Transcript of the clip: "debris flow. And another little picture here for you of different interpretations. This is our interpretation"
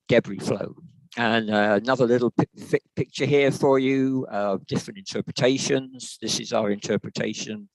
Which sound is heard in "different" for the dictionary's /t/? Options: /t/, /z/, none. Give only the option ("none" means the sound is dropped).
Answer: /t/